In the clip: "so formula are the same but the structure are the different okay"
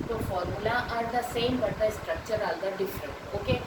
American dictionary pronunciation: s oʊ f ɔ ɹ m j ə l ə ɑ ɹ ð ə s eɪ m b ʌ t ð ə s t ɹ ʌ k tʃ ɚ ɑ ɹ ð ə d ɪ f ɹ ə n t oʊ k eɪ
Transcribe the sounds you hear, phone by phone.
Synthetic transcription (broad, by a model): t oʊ f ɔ ɹ m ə l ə ɑ ɹ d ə s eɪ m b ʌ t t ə s t ɹ ʌ k tʃ ɚ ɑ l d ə d ɪ f ɹ ə n t oʊ k eɪ